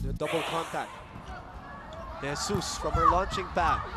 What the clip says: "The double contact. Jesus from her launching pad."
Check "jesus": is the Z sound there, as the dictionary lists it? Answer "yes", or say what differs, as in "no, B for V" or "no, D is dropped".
no, S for Z